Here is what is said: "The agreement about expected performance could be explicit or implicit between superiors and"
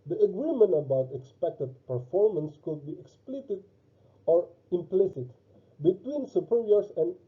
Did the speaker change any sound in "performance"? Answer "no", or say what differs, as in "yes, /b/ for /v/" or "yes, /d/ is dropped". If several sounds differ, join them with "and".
no